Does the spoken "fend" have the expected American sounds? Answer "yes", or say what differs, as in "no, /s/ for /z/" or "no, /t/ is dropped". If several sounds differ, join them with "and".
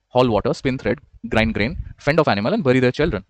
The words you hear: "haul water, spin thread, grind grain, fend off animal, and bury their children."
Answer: yes